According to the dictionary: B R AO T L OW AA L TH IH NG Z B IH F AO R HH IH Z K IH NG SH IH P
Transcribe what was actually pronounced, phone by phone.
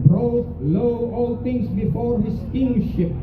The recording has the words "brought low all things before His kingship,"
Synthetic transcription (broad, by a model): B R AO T L OW AA L T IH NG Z B IH F AO R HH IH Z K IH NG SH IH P